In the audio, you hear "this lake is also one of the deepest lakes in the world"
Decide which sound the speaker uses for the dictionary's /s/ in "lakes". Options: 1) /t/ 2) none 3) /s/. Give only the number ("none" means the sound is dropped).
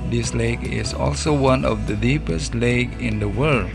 2